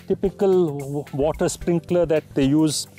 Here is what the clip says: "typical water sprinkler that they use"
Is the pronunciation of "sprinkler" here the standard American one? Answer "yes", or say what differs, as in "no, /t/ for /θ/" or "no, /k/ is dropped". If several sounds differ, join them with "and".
yes